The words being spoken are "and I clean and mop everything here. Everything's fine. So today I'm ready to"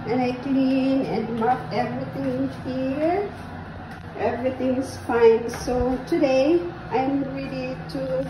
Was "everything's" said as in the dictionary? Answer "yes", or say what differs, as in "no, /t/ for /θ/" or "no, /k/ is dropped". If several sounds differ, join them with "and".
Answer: no, /s/ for /z/